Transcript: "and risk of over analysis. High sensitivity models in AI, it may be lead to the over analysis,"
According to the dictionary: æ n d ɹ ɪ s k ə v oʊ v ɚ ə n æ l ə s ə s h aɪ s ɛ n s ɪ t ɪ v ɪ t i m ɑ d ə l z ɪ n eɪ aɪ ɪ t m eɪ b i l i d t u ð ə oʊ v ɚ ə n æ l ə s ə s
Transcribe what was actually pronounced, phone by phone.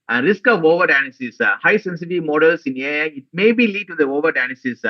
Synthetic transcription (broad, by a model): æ n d ɹ ɪ s k ə v oʊ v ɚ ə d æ n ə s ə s h aɪ s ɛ n s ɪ t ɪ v m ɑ d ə l s ɪ n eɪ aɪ ɪ t m eɪ b i l i d t u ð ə oʊ v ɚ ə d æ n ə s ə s